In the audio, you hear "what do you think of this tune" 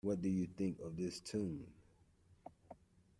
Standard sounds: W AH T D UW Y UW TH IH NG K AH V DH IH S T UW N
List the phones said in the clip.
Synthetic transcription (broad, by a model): W AH T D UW Y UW TH IH NG K AH V DH IH S T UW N